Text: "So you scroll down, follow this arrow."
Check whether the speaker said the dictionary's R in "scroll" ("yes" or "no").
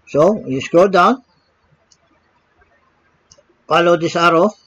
no